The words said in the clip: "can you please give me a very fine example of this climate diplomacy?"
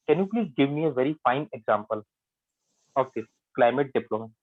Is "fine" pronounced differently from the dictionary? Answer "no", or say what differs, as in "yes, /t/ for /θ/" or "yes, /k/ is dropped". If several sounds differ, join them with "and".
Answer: no